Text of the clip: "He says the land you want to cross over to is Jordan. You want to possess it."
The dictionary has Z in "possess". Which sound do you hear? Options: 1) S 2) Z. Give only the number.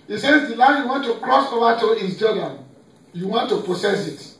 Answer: 1